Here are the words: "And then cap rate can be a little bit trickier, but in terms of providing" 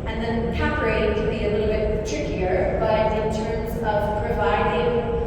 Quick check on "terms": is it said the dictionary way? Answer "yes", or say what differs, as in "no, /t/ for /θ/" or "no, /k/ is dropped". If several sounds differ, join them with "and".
yes